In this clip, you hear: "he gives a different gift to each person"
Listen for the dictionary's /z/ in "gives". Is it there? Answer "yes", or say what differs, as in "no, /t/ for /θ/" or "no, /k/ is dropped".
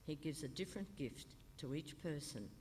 yes